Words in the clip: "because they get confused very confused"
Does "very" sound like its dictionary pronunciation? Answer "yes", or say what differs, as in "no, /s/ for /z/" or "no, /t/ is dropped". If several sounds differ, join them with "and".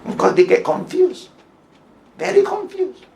yes